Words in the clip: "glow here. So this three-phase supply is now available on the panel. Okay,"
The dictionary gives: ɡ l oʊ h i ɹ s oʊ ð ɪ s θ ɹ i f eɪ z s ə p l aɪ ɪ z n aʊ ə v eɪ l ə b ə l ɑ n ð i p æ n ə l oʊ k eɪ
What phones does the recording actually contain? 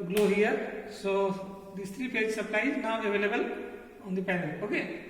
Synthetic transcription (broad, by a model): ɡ l oʊ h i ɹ s oʊ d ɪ s t ɹ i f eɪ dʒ s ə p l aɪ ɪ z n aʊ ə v eɪ l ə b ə l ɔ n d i p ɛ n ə oʊ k eɪ